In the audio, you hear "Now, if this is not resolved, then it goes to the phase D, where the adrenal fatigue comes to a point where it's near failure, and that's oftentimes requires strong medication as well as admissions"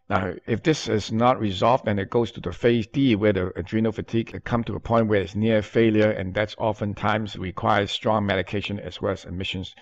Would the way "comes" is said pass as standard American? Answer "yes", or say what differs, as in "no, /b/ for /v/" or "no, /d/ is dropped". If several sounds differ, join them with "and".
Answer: no, /z/ is dropped